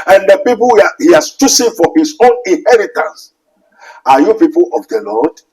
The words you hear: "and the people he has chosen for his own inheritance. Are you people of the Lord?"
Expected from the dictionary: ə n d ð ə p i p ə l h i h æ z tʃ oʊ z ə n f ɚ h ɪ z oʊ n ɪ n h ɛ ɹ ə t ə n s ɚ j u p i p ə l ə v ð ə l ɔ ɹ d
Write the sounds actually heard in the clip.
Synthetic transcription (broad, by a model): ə n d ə p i p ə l h i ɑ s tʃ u s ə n f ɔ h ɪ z oʊ n ɪ n h ɛ ɹ ə t ə n s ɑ j u p i p ə l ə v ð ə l ɔ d